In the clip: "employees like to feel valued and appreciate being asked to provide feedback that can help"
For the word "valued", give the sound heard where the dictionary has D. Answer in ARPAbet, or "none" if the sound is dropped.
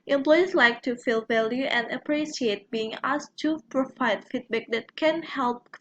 none